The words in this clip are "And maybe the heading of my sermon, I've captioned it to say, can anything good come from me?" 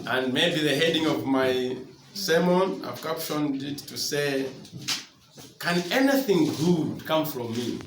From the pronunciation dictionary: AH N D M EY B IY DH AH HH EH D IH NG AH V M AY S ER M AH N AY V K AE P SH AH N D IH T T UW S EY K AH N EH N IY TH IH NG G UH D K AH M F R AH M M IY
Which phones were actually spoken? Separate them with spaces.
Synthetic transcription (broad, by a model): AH N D M EY B IY DH AH HH EH D IH NG AH V M AY S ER M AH N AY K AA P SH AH N D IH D T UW S EY K AH N EH N IY TH IH NG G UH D K AH M F R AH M M IY